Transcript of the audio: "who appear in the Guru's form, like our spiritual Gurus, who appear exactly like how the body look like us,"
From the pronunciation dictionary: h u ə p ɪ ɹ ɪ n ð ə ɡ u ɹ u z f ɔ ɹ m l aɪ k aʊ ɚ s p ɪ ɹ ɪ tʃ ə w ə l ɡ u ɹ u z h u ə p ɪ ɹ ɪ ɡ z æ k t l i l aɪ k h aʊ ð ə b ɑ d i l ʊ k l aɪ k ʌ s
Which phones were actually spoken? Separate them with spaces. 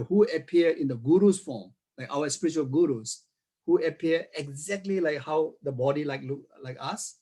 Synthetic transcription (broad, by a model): h u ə p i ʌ ɪ n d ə ɡ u ɹ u s f ɔ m l aɪ k aʊ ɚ s p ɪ ɹ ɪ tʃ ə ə l ɡ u ɹ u s h u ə p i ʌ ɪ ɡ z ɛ k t l i l aɪ k h aʊ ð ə b ɑ d i l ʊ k l aɪ k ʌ s